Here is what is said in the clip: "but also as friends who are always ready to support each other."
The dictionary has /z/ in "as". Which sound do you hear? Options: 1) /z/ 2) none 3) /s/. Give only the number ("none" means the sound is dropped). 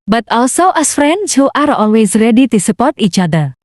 3